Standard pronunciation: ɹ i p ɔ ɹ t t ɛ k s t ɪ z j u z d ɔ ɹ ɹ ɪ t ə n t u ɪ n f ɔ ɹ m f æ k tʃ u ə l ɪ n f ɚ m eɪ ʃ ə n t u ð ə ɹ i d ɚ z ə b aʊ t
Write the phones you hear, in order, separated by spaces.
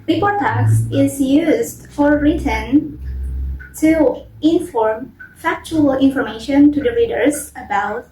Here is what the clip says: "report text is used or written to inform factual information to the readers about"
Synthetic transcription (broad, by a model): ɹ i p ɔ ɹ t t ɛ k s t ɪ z j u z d ɔ ɹ ɹ ɪ t ə n t u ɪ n f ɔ ɹ m f æ k tʃ u ə l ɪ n f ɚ m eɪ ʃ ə n t u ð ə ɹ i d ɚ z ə b aʊ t